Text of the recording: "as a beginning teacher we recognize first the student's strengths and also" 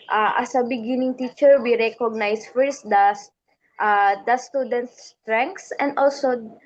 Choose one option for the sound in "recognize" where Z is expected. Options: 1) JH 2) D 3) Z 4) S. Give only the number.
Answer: 4